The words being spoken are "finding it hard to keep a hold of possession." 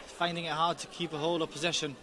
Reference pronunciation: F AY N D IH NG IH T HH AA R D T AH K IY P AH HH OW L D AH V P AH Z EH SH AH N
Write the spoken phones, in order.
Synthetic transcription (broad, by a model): F AY N D IH NG IH T HH AA D T AH K IY P AH HH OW L AH V P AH Z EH SH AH N